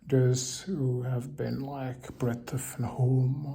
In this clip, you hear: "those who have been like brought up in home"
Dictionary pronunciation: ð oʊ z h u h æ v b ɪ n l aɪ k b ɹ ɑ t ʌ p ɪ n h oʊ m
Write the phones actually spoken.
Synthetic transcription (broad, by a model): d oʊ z h h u v b ɪ n l aɪ k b ɹ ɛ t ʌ f ɪ n h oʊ m